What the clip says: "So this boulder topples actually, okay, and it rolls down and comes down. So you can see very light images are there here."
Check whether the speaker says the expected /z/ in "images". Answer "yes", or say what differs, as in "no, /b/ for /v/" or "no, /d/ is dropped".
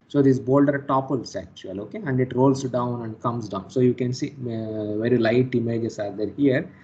no, /s/ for /z/